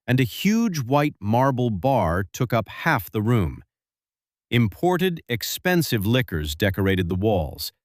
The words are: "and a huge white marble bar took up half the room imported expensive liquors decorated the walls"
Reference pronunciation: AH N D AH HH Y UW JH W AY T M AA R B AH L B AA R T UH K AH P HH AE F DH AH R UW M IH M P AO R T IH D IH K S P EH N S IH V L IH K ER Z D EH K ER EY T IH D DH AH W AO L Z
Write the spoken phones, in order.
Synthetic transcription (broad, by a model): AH N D AH HH Y UW JH W AY T M AA R B L B AA R T UH K AH P HH AE F DH AH R UW M IH M P AO R T IH D IH K S P EH N S IH V L IH K ER Z D EH K ER EY T IH D DH AH W AO L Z